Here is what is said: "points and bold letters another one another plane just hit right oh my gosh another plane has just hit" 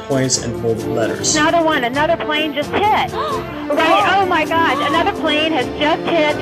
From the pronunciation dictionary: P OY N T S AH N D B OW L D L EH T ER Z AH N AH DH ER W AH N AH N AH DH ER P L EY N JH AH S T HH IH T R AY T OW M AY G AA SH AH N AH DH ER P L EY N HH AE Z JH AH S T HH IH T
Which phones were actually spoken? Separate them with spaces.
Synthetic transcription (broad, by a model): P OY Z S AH N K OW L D L EH T ER Z N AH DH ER W AH N AH N AH DH ER P L EY N JH AH S T HH IH T R AY T OW M AY G AA SH AH N AH DH ER P L EY N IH Z JH AH S T HH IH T